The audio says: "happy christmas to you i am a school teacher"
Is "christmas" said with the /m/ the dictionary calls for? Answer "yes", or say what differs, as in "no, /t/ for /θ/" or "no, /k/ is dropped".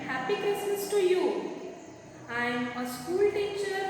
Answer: no, /m/ is dropped